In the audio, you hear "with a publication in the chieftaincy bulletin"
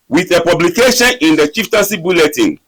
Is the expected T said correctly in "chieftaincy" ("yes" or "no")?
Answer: yes